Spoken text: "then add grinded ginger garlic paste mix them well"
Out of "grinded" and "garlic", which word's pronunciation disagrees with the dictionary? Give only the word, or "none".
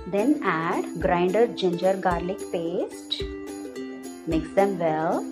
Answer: none